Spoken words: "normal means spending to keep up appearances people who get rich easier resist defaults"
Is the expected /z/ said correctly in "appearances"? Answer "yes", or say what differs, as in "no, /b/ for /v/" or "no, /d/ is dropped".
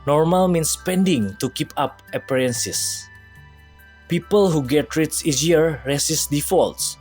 no, /s/ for /z/